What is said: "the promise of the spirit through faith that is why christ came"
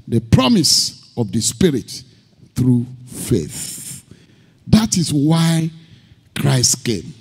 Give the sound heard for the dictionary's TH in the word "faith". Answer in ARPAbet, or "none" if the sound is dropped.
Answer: TH